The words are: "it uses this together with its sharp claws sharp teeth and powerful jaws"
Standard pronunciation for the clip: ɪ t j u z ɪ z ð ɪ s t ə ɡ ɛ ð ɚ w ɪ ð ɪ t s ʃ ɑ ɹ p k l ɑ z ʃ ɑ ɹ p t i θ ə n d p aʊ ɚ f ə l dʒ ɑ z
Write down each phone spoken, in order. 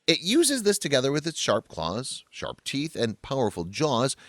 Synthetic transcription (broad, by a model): ɪ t j u z ɪ z ð ɪ s t ə ɡ ɛ ð ɚ w ɪ ð ɪ t s ʃ ɑ ɹ p k l ɑ z ʃ ɑ ɹ p t i θ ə n p aʊ ɚ f ə l dʒ ɑ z